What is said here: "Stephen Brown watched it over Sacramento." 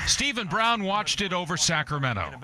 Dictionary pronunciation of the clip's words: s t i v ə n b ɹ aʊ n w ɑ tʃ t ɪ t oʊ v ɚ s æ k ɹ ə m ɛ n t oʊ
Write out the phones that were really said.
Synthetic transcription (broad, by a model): s t i v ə n b ɹ aʊ n w ɑ tʃ t ɪ t oʊ v ɚ s æ k ɹ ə m ɛ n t oʊ